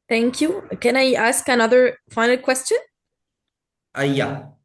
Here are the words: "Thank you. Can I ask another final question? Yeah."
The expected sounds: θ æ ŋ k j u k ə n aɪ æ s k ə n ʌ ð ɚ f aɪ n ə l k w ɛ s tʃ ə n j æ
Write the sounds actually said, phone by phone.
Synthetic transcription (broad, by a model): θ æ ŋ k j u k ə n aɪ æ s k ə n ʌ ð ɚ f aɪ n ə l k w ɛ s tʃ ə n j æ